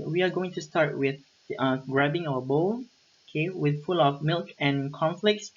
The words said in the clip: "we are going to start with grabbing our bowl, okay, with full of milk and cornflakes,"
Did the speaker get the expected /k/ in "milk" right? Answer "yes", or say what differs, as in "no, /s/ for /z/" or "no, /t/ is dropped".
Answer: yes